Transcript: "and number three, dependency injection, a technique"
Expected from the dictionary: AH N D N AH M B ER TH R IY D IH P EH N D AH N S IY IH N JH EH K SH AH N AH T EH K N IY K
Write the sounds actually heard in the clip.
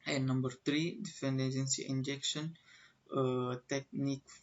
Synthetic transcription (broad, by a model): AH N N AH M B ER T R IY D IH F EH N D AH N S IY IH N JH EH K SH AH N AH T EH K N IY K